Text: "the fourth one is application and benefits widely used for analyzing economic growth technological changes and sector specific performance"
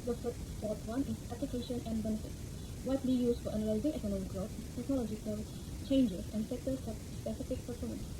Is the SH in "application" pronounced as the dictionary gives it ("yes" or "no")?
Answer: yes